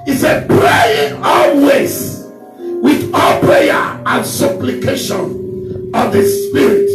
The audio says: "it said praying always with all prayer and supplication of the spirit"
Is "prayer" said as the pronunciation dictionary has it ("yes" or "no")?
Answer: yes